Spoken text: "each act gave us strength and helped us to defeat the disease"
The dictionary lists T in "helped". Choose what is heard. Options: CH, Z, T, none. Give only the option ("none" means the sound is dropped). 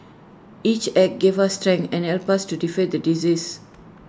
none